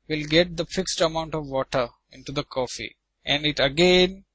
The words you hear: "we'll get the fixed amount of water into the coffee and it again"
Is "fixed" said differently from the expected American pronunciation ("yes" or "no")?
no